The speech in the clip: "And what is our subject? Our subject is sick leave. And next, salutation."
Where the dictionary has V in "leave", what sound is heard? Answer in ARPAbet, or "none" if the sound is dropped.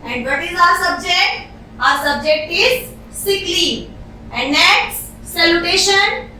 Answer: none